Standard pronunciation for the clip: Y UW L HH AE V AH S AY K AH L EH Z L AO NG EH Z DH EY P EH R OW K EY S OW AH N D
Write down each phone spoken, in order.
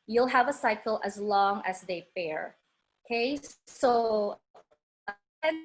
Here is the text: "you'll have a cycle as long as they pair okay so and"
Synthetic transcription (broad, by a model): Y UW L HH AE V AH S AY K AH L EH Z L AO NG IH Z DH EY F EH R OW K EY S OW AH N